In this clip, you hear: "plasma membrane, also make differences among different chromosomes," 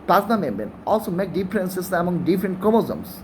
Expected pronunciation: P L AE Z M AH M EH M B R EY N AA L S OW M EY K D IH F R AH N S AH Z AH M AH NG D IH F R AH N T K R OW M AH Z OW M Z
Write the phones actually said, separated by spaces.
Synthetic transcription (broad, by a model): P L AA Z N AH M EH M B EY N AA L S OW M EY K D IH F R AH N S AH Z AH M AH NG D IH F R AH N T K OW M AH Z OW M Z